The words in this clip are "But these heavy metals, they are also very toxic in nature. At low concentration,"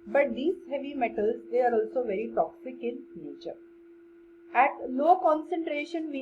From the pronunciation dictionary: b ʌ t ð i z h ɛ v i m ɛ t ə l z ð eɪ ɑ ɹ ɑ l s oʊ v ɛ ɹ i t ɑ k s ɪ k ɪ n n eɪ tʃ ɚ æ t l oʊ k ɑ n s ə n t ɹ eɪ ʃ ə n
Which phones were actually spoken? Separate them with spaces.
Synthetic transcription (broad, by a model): b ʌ t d i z h ɛ v i m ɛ t ə l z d eɪ ɑ ɹ ɑ l s oʊ v ɛ ɹ i t ɑ k s ɪ k ɪ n n eɪ tʃ ɚ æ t n oʊ k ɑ n s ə n t ɹ eɪ ʃ ə n